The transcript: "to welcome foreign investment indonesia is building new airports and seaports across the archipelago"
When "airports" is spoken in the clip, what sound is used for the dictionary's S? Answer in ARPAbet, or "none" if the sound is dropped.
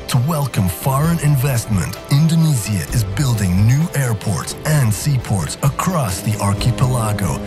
S